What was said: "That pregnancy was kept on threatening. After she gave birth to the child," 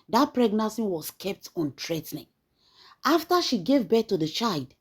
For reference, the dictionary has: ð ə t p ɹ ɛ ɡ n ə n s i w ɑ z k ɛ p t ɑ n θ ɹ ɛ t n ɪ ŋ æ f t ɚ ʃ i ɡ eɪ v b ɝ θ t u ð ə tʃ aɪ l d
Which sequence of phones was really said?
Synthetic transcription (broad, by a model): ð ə t p ɹ ɛ ɡ n ə n s i w ɑ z k ɛ p t ɑ n t ɹ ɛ t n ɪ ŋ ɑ f t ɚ ʃ i ɡ eɪ v b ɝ t u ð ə tʃ aɪ l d